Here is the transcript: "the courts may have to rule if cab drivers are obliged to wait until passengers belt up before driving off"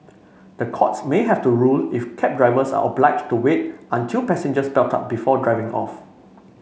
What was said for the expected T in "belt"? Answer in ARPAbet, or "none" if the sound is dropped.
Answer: T